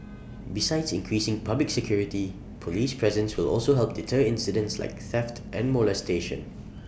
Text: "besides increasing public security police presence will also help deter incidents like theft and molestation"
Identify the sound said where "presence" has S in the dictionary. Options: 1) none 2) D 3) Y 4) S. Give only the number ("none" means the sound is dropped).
4